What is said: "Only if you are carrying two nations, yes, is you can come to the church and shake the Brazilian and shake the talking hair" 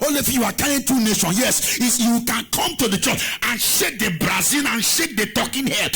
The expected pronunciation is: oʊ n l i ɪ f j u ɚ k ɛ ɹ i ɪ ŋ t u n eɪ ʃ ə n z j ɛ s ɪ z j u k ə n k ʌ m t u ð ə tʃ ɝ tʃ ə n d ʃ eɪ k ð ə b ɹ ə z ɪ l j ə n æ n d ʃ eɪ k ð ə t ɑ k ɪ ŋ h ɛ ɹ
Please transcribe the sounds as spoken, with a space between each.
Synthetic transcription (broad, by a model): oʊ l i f j u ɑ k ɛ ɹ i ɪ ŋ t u n eɪ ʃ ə n j ɛ s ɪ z j u k ə n k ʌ m t u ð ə tʃ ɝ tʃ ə n ʃ eɪ k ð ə b ɹ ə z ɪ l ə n n ʃ eɪ k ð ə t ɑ k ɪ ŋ h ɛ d